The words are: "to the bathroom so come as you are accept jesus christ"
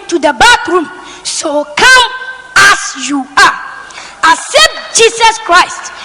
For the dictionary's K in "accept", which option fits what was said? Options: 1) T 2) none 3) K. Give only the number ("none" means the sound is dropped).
2